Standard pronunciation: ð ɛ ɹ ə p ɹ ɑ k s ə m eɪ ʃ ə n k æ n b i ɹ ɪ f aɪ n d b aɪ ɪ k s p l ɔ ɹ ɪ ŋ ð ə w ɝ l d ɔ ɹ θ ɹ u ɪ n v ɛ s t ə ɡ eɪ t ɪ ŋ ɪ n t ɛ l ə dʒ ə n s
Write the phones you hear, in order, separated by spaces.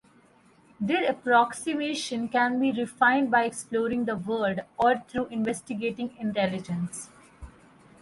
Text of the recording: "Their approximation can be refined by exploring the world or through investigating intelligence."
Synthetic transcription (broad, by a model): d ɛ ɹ ə p ɹ ɑ k s ə m eɪ ʃ ə n k æ n b i ɹ ɪ f aɪ n d b aɪ ɪ k s p l ɔ ɹ ɪ ŋ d ə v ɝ d ɔ ɹ t ɹ u ɪ n v ɛ s t ə ɡ eɪ t ɪ ŋ ɪ n t ɛ l ə dʒ ə n s